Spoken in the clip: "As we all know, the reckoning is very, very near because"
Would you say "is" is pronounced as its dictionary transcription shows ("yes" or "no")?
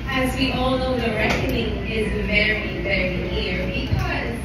yes